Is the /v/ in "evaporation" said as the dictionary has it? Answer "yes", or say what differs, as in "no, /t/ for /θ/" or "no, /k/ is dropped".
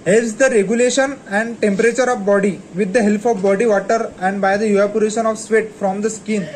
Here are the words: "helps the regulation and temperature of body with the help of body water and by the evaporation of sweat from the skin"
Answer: no, /v/ is dropped